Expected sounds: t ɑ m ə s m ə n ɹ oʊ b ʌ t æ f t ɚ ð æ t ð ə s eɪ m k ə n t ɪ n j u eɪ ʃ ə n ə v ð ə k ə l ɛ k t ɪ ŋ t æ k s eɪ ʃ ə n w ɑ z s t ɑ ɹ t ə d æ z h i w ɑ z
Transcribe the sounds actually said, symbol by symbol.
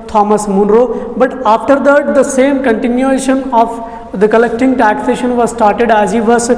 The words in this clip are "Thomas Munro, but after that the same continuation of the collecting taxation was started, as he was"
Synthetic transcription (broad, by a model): t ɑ m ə s m ə n ɹ oʊ b ʌ t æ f t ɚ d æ t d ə s eɪ m k ə n t ɪ n j u eɪ ʃ ə n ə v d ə k ə l ɛ k t ɪ ŋ t æ k s eɪ ʃ ə n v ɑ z s t ɑ ɹ t ə d æ z h i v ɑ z